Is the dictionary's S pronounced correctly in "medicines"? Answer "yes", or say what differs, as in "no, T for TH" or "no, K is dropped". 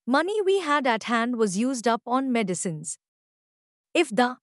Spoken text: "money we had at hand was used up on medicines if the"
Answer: yes